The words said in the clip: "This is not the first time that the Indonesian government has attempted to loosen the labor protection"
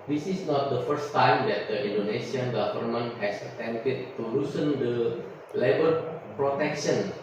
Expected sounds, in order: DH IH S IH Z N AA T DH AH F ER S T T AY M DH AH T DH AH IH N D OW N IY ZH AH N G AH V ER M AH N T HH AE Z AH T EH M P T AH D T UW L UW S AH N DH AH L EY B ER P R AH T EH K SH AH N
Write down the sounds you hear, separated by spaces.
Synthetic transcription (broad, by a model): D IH S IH S N AA T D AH F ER S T T AY M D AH T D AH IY N D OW N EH S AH N G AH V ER M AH N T HH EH S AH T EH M T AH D T UW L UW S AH N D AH L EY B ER P R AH T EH K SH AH N